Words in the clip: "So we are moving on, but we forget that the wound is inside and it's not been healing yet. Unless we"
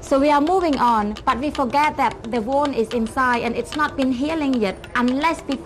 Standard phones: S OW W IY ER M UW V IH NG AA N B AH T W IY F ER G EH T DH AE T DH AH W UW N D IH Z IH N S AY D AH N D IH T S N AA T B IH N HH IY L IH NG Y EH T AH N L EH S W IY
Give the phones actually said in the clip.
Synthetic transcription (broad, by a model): S OW W IY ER M UW V IH NG AA N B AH T W IY F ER G EH T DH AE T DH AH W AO N IH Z IH N S AY D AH N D IH T S N AA T B IH N HH IY L IH NG Y EH T AH N L EH S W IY